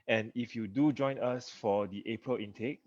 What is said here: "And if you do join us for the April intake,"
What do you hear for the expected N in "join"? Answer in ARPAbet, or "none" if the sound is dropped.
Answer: N